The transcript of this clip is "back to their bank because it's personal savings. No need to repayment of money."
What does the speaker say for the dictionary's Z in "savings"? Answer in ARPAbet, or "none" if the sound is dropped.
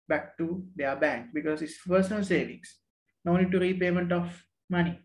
S